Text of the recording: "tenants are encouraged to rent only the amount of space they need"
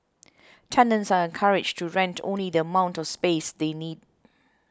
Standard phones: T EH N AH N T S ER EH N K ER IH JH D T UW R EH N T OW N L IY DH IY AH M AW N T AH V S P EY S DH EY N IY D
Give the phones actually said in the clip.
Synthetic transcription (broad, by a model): T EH N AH N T S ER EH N K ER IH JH T UW R EH N T OW N L IY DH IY AH M AW N T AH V S P EY S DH EY N IY D